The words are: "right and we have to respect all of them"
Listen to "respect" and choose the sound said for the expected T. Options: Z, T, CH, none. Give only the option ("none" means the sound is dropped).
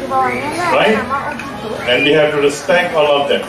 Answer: none